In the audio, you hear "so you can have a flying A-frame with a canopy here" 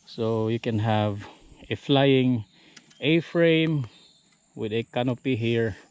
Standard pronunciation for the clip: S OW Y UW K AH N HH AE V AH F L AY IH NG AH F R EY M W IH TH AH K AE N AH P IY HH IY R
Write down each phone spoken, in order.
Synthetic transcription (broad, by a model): S OW Y UW K AH N HH AE V AH F L AY IH NG AH F R EY M W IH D AH K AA N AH P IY HH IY R